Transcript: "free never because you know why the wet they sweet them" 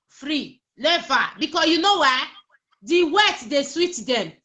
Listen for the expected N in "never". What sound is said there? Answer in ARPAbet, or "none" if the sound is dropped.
L